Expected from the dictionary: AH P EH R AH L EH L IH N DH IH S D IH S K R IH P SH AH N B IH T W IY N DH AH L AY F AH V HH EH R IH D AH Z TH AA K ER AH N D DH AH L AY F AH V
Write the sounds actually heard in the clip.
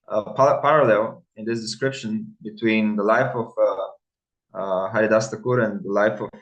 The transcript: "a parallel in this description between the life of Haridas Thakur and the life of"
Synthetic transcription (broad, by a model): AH P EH R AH L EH L IH N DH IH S D IH S K R IH P SH AH N B IH T W IY N DH AH L AY F AH V HH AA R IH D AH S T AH K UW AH N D DH AH L AY F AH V